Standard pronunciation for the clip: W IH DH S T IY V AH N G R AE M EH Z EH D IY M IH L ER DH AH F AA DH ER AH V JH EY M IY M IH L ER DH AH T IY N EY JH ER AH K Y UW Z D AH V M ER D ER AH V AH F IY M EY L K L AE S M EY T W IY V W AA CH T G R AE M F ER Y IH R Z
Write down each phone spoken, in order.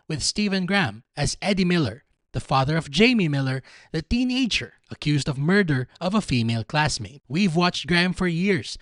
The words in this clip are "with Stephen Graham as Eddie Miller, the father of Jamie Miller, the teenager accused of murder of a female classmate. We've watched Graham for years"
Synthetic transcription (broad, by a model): W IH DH S T IY V AH N G R AE M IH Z EH D IY M IH L ER DH AH F AA DH ER AH V JH EY M IY M IH L ER DH AH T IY N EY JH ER AH K Y UW Z D AH V M ER D ER AH V AH F IY M EY L K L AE S M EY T W IY V W AA CH T G R AE M F ER Y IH R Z